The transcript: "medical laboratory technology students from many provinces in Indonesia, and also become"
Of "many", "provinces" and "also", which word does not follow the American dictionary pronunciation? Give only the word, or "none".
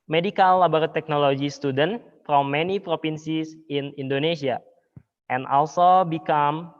provinces